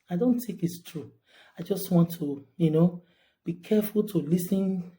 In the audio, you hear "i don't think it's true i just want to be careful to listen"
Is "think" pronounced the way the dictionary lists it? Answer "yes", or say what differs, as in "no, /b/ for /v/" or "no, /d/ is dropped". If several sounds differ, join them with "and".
no, /t/ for /θ/ and /ŋ/ is dropped